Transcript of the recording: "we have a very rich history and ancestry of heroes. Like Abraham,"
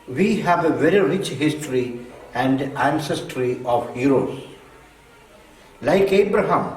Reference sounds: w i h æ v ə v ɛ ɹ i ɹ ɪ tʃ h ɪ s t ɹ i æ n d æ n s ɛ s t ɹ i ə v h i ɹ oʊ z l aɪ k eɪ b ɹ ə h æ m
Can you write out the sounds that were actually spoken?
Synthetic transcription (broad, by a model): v i h æ v ə v ɛ ɹ i ɹ ɪ tʃ h ɪ s t ɹ i æ n d æ n s ɛ s t ɹ i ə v h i ɹ oʊ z l aɪ k eɪ b ɹ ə h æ m